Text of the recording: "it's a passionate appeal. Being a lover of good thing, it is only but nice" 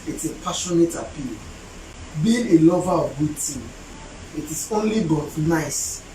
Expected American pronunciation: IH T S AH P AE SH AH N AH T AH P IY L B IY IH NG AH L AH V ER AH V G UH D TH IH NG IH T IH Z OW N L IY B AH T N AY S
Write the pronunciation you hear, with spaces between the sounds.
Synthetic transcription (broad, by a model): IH T S AH P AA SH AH N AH T AH P IY L B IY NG AH L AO V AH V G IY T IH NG IH T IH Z OW N L IY B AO T N AY S